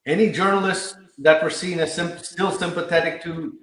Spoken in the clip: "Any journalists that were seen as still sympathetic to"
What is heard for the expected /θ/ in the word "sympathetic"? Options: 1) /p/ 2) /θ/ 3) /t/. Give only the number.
2